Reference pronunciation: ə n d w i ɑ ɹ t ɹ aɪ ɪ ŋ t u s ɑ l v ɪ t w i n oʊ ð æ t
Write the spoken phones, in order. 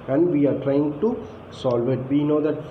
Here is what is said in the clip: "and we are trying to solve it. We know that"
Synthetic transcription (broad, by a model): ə n d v i ɑ ɹ t ɹ aɪ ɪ ŋ t u s ɑ l v ɪ t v i n oʊ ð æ t